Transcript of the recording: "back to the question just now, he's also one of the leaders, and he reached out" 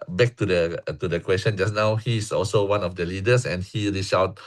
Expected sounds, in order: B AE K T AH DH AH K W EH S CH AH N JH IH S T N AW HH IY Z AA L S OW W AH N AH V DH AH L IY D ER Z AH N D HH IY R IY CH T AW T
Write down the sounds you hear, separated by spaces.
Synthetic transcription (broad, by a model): B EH K T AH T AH K W EH S CH AH N JH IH S N AW HH IY S AA L S OW W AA N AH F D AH L IY D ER S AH N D HH IY R IY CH AW T